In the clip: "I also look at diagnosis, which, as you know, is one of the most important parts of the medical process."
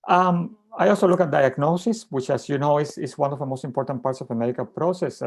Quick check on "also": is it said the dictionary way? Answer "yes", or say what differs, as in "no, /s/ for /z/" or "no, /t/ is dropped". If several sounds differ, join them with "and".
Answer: yes